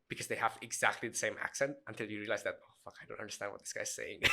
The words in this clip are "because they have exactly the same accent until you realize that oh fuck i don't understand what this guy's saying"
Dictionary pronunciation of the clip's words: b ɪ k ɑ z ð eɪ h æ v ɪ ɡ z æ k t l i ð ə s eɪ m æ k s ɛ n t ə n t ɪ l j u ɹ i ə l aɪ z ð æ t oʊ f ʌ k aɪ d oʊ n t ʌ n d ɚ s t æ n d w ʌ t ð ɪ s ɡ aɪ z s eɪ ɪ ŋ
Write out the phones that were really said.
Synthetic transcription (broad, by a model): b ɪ k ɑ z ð eɪ h æ v ɪ ɡ z æ k t l i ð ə s eɪ m æ k s ɛ n t ə n t ɪ l j u ɹ i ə l aɪ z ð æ t oʊ f ʌ k aɪ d oʊ n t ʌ n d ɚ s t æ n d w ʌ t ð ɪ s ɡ aɪ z s eɪ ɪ ŋ